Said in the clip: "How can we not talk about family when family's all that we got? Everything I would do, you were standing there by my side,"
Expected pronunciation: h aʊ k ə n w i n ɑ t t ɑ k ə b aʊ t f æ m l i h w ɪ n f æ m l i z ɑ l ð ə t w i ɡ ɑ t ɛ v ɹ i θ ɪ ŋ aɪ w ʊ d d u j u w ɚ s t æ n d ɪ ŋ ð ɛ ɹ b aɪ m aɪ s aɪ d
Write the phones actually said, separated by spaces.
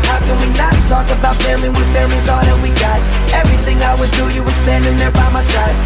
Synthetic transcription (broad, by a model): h aʊ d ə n w i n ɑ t t ɑ k ə b aʊ t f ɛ l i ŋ w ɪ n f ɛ l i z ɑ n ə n w i ɡ ɑ t ɛ v ɹ i θ ɪ ŋ aɪ w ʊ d d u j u w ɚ s t æ n d ɪ ŋ ð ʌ ɹ b aɪ m aɪ s aɪ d